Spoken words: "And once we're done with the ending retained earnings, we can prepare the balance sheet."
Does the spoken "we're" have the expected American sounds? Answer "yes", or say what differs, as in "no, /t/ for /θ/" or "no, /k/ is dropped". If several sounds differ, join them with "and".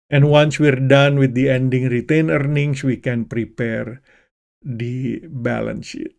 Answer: yes